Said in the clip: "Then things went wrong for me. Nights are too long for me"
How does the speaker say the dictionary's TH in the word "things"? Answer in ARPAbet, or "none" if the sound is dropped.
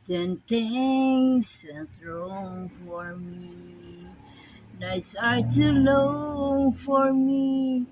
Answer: T